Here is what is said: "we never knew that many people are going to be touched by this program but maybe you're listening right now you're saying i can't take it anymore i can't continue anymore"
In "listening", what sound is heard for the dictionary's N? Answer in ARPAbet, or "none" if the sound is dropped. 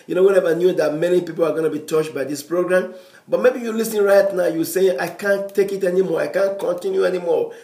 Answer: none